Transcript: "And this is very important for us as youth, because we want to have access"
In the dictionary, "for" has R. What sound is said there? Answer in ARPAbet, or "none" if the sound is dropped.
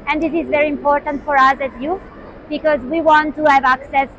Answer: R